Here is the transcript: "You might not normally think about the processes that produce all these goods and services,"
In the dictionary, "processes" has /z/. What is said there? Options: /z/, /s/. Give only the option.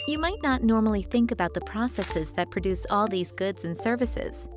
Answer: /z/